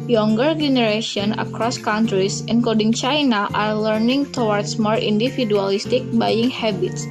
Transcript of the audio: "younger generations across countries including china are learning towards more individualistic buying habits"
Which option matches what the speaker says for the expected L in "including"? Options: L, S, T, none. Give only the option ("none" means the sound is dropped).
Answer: none